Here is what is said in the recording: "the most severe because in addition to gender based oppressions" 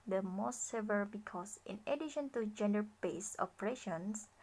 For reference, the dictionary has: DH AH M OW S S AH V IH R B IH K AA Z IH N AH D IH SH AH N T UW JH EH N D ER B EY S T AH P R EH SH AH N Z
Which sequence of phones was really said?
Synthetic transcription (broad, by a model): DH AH M OW S S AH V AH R B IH K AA S IH N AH D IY SH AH N T UW JH EH N D ER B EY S AH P R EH SH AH N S